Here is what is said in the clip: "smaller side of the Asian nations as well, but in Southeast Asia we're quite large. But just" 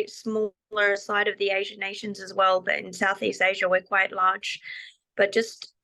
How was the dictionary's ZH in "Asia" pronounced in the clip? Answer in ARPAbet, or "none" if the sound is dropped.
ZH